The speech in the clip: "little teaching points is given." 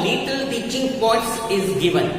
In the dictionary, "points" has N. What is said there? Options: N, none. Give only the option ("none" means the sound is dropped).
none